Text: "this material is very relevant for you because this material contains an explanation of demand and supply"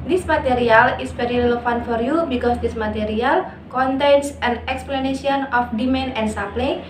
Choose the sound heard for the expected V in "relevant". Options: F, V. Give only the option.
F